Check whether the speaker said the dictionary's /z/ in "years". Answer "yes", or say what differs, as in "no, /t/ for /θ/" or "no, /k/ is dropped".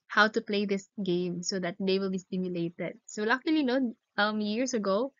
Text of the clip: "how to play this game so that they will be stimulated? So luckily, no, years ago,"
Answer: no, /s/ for /z/